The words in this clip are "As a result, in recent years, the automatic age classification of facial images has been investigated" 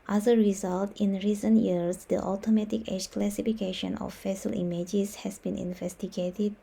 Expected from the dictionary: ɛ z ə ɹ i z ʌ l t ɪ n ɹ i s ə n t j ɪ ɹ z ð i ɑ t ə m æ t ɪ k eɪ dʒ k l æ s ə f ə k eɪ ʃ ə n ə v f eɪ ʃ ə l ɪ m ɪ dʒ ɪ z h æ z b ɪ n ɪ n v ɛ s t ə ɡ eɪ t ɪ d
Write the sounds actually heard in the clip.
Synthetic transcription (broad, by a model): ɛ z ə ɹ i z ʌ l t ɪ n ɹ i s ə n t j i ɹ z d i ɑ t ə m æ t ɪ k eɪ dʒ k l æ s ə f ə k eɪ ʃ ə n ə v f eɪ s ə l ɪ m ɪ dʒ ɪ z h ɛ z b ɪ n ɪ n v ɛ s t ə ɡ eɪ t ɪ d